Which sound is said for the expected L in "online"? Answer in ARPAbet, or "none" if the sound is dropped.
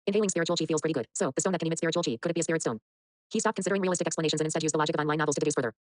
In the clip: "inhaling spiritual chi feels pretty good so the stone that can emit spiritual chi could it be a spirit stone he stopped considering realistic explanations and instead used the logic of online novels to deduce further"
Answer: none